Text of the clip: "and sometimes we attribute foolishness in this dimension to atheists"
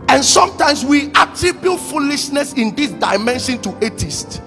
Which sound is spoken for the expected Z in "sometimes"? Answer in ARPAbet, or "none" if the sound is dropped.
S